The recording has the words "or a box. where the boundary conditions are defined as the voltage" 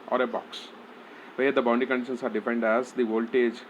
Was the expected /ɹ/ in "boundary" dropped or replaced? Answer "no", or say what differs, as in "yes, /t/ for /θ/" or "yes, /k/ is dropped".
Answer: yes, /ɹ/ is dropped